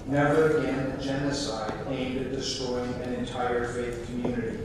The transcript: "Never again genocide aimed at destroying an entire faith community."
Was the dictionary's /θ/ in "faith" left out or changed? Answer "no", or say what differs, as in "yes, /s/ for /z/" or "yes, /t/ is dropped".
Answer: no